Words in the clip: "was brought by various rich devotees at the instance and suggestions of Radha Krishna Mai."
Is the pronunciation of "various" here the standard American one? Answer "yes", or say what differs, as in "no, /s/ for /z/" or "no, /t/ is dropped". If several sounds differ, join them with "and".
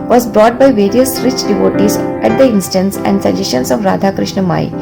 yes